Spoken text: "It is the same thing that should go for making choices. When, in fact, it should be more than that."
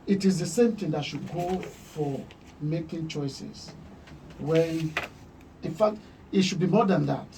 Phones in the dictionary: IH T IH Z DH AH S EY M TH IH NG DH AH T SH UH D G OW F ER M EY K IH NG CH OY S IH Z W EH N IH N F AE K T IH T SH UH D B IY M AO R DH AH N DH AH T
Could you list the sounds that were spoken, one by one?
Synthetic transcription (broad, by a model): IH T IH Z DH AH S EY M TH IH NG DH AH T SH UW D G OW F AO M EY K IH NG CH OY S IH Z W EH IH N F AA K T IH T SH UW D B IY M AO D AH N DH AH T